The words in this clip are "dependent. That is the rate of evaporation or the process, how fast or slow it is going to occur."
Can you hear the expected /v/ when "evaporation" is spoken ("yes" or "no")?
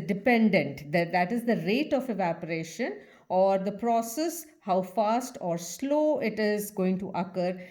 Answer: yes